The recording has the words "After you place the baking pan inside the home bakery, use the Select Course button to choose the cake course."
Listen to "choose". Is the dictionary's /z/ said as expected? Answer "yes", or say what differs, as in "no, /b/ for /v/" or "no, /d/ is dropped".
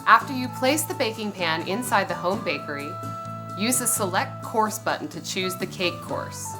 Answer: yes